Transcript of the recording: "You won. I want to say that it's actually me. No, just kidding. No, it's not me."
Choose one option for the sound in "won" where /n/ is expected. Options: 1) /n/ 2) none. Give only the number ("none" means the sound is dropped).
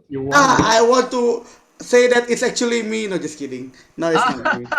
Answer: 2